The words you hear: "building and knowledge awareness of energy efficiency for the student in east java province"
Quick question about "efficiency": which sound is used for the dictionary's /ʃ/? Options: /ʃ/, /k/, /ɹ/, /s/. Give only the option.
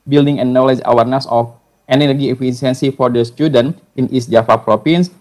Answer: /s/